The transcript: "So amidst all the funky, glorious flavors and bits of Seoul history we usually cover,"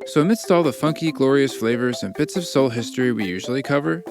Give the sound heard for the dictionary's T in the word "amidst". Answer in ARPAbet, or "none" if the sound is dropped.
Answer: T